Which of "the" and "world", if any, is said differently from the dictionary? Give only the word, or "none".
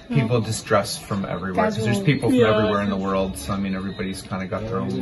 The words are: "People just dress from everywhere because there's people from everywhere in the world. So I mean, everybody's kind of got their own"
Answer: none